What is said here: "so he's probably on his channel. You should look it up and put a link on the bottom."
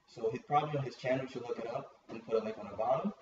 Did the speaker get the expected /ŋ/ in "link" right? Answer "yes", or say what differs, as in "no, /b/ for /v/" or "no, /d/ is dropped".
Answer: no, /ŋ/ is dropped